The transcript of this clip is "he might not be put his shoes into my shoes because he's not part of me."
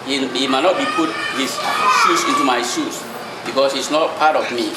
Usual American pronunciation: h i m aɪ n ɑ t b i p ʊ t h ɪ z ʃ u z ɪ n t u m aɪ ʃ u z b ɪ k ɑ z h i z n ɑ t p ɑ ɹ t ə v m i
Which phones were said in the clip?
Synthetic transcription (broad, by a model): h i m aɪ n ɑ t b i p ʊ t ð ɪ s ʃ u s ɪ n t u m aɪ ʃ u s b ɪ k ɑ s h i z n ɑ t p ɑ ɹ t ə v m i